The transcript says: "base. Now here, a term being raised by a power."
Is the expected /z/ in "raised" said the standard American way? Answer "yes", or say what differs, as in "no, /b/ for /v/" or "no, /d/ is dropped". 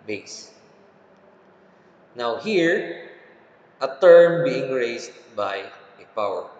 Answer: no, /s/ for /z/